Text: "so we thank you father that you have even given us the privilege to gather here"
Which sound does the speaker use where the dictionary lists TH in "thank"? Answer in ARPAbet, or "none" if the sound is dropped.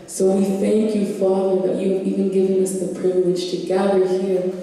TH